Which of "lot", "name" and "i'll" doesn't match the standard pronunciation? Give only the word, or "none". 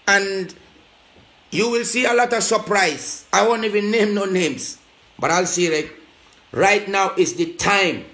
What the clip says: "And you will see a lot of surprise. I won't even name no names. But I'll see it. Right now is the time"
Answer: none